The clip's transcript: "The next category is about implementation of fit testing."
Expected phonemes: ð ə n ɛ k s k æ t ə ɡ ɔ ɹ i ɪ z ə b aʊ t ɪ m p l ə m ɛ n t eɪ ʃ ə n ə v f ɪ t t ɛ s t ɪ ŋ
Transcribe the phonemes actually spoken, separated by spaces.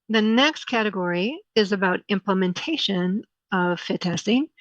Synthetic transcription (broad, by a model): ð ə n ɛ k s k æ t ə ɡ ɔ ɹ i ɪ z ə b aʊ t ɪ m p l ə m ɛ n t eɪ ʃ ə n ə v f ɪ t t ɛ s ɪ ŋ